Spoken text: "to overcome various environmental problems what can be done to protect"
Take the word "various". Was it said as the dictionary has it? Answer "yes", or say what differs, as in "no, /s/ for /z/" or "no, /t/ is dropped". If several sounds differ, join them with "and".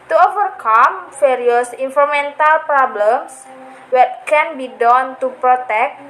no, /f/ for /v/